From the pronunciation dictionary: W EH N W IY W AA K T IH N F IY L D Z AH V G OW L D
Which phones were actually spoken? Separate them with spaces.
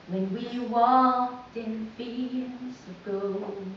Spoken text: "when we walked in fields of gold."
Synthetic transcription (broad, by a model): W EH N W IY W AA K T IH N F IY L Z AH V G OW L